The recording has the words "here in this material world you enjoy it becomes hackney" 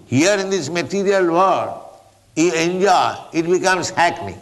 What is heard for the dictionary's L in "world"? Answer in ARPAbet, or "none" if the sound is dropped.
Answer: none